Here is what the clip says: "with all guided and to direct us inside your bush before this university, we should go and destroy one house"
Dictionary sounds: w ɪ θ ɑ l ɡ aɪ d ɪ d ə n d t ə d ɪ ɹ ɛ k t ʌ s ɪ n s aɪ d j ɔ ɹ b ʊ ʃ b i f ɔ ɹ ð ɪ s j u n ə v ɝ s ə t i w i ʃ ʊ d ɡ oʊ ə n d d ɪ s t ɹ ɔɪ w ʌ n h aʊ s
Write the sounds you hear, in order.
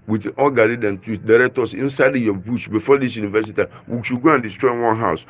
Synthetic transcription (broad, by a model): w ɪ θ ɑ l ɡ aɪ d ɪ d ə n t ə d ɪ ɹ ɛ k t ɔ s ɪ n s aɪ d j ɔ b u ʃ b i f ɔ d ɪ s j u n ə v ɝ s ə t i w i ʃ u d ɡ oʊ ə n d d ɪ s t ɹ ɔɪ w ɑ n h aʊ s